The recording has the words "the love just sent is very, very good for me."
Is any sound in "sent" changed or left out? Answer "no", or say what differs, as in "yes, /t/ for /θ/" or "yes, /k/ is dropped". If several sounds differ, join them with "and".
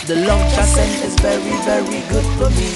yes, /t/ is dropped